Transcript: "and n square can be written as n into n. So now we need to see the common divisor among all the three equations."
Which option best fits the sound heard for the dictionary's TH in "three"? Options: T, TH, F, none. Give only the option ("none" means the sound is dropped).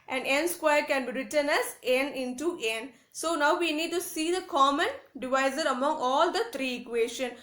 T